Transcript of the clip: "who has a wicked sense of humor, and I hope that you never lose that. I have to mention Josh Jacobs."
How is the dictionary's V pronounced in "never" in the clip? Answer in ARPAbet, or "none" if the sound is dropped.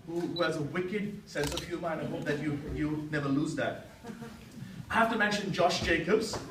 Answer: V